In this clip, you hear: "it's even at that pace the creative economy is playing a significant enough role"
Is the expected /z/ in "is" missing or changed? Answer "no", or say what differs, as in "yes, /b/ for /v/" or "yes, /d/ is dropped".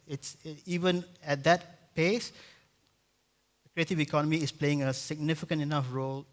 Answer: yes, /s/ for /z/